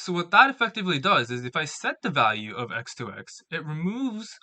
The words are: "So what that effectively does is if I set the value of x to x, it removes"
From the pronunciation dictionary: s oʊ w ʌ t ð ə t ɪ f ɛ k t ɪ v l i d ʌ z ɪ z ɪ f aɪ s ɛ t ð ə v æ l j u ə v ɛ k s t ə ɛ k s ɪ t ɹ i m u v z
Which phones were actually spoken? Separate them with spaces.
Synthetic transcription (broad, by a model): s oʊ w ʌ t ð ə t ɪ f ɛ k t ɪ v l i d ʌ z ɪ z ɪ f aɪ s ɛ t ð ə v æ l j u ə v ɛ k s t ə ɛ k s ɪ t ɹ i m u v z